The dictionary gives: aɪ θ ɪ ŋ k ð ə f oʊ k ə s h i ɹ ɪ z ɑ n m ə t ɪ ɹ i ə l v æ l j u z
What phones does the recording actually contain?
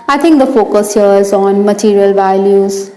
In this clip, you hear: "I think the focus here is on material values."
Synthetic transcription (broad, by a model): aɪ t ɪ ŋ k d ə f oʊ k ə s h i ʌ ɪ z ɑ n m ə t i ɹ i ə l v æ l j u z